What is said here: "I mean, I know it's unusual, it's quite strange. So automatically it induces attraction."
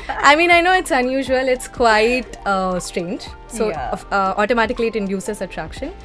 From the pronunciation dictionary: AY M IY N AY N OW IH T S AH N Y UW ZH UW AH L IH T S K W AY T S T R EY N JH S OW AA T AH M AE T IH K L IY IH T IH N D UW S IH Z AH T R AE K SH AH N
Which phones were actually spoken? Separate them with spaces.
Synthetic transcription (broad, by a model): AY M IY N AY N OW IH T S AH N Y UW ZH UW AH L IH T S K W AY T S T R EY N JH S OW AA T AH M AE T IH K L IY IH T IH N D UW S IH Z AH T R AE K SH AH N